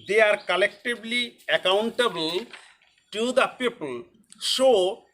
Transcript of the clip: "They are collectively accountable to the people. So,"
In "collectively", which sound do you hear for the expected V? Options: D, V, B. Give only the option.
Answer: B